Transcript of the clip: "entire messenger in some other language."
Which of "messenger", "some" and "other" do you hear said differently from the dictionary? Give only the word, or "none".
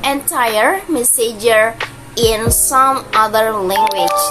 messenger